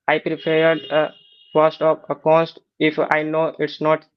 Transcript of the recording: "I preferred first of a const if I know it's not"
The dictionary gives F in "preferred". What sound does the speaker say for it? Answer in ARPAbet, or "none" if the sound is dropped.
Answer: P